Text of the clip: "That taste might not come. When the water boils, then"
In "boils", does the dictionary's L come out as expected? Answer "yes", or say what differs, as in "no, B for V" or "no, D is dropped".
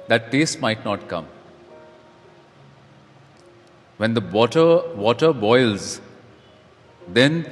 yes